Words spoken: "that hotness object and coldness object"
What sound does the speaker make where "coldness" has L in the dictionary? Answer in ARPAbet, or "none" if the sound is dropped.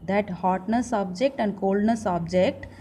L